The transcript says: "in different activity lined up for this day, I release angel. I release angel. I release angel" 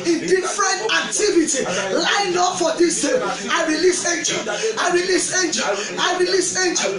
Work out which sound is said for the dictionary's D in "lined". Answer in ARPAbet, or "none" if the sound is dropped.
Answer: none